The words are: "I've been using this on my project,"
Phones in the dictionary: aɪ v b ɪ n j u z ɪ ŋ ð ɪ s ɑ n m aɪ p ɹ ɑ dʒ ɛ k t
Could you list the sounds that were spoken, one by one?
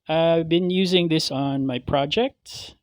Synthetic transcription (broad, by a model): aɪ v b ɪ n j u z ɪ ŋ ð ɪ s n m aɪ p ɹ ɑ dʒ ɛ k t